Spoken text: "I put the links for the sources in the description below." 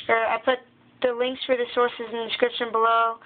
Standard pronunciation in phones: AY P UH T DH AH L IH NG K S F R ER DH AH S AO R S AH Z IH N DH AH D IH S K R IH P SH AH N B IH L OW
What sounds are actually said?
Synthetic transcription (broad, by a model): AY P UH T DH AH L IH NG K S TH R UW DH AH S AO R S AH Z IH N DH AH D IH S K R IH P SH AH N B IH L OW